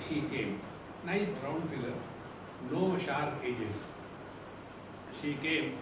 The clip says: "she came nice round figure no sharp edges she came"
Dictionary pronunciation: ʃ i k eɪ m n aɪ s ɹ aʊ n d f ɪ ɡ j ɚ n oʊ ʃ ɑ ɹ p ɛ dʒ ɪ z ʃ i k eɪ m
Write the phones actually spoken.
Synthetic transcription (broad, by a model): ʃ i k eɪ m n aɪ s ɹ aʊ n d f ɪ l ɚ n oʊ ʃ ɑ ɹ ɛ dʒ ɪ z ʃ i k eɪ m